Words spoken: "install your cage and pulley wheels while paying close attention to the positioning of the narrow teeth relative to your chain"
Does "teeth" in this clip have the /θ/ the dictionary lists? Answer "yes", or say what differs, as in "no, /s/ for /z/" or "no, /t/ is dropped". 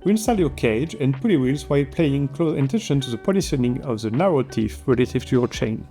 no, /f/ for /θ/